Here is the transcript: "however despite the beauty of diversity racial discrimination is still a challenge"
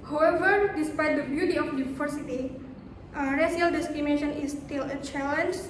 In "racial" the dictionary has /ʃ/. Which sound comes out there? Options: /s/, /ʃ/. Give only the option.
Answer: /s/